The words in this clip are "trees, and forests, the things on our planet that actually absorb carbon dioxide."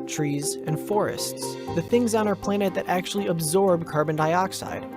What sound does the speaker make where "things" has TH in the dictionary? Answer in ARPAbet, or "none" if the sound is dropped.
TH